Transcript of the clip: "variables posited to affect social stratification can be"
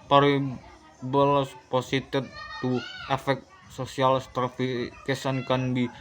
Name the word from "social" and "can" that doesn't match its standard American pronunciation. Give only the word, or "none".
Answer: social